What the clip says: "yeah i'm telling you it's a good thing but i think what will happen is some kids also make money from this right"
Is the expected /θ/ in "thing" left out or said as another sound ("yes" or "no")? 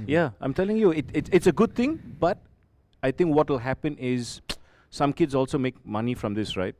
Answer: yes